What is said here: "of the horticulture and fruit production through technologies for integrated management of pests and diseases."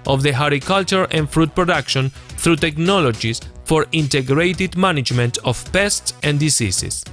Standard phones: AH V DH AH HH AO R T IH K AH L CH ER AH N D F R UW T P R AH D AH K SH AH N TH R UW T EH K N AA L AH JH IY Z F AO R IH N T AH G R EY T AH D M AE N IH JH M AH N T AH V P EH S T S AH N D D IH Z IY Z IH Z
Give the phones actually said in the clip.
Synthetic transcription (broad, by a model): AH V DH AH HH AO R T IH K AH L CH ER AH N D F R UW T P R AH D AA K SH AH N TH R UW T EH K N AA L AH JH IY S F AO R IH N T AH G R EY T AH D M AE N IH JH M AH N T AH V P EH S T S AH N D D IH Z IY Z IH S